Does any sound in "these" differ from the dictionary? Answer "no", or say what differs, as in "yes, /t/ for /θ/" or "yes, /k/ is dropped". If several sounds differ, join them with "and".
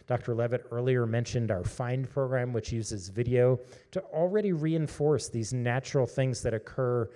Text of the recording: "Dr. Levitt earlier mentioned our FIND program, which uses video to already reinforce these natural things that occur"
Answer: no